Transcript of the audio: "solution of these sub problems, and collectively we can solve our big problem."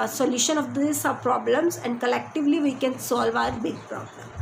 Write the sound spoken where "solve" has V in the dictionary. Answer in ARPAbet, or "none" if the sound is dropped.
V